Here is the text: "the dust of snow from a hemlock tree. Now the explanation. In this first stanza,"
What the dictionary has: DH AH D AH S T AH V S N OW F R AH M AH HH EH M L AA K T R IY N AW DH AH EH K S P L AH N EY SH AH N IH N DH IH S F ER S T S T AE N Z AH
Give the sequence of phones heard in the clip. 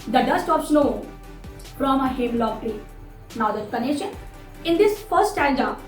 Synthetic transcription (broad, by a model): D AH D AH S T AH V S N OW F R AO M AH HH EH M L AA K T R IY N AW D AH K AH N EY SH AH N IH N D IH S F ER T S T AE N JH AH